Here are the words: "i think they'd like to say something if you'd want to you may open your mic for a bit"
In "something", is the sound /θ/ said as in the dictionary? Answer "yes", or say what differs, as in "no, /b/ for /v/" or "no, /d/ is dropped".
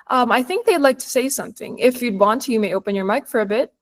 yes